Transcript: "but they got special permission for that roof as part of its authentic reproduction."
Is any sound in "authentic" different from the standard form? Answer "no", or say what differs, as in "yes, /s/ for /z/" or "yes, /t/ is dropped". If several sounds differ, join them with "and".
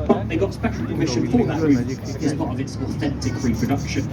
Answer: no